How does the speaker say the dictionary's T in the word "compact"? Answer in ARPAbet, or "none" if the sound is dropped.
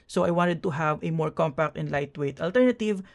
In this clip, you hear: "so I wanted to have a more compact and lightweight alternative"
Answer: T